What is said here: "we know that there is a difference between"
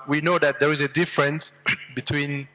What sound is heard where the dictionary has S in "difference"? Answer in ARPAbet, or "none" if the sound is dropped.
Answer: S